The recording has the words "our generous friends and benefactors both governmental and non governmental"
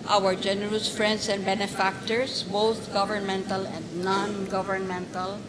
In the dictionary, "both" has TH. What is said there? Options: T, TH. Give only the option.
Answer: T